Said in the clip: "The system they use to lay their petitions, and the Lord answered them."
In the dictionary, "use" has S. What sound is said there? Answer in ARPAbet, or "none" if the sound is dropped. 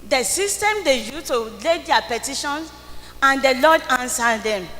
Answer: none